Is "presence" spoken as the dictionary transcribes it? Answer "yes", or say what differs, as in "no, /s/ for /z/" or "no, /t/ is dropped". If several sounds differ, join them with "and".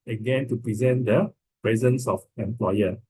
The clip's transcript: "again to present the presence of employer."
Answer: yes